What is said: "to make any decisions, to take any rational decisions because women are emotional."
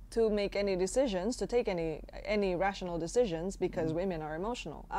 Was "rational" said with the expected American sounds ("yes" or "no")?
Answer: yes